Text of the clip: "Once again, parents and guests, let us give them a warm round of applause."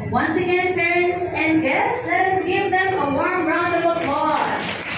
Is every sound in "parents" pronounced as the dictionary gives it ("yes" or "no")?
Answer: yes